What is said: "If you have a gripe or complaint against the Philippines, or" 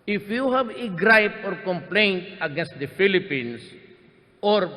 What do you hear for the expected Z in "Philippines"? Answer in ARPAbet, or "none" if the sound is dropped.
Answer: S